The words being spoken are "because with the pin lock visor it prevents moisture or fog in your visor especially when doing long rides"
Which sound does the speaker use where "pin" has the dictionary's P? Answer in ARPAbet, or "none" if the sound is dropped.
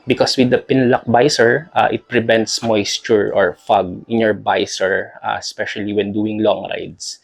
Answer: P